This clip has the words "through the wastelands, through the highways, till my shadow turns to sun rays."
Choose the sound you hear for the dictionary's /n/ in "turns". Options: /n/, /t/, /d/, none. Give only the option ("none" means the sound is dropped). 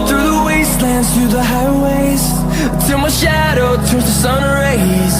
none